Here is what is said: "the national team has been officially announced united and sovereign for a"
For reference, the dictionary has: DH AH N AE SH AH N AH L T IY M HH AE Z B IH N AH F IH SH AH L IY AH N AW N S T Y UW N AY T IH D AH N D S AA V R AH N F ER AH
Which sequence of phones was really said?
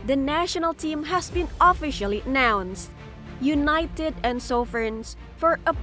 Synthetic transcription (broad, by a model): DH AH N AE SH AH N AH L T IY M HH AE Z B IH N AH F IH SH AH L IY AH N AW N S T Y UW N AY T IH D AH N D S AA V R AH N F ER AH